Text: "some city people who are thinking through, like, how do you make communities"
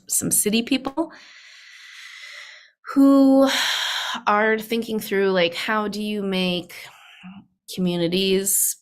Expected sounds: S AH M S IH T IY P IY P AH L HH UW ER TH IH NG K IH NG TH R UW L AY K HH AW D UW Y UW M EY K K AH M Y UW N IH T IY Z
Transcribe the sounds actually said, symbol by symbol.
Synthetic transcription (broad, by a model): S AH M S IH T IY P IY P L HH UW ER TH IH NG K IH NG TH R UW L AY K HH AW D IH Y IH M EY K K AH M Y UW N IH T IY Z